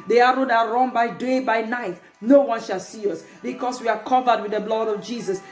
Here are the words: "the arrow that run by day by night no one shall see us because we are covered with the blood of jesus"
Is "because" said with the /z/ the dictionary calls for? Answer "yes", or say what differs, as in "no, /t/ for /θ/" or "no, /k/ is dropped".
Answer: no, /s/ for /z/